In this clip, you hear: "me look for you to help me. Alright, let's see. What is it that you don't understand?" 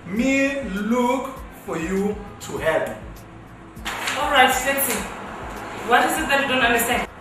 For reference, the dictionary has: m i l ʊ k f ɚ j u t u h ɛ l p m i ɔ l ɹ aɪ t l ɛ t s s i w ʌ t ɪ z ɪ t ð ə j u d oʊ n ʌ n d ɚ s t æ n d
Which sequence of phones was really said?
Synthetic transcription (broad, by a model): m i l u k f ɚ j u t u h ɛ p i ɔ l ɹ aɪ t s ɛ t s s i w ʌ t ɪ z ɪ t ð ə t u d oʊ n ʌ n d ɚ s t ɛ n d